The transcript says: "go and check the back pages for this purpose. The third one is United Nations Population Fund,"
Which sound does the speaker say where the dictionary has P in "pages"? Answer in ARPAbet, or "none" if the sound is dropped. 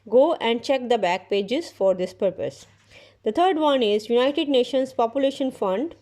P